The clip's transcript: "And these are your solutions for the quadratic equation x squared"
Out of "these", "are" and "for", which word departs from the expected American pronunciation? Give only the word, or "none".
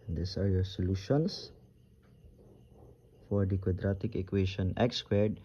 these